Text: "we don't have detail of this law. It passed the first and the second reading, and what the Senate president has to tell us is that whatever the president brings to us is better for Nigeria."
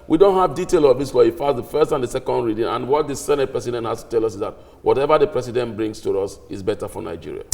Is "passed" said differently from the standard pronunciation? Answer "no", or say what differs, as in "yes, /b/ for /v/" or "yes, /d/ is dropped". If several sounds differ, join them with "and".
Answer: yes, /f/ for /p/